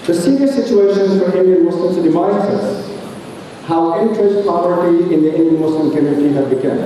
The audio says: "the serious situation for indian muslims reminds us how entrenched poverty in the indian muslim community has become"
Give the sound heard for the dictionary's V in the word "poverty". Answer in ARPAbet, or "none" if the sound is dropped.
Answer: none